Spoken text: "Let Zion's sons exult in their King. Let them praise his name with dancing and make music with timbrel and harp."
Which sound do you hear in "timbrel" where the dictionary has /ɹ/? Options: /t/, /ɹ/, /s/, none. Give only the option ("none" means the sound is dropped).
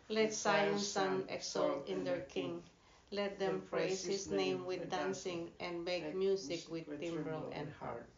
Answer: /ɹ/